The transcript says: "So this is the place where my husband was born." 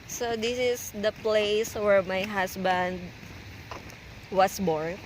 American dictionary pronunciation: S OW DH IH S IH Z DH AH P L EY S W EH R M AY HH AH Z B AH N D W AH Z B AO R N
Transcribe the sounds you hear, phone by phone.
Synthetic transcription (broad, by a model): S OW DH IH S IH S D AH P L EY S W EH R M AY HH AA S B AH N D W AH S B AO R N